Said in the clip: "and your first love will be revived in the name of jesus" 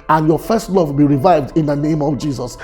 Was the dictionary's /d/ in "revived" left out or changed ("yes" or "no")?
no